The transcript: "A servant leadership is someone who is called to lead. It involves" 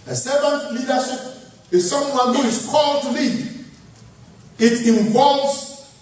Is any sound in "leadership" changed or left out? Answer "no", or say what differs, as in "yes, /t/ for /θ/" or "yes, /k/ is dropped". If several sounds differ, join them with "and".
yes, /s/ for /ʃ/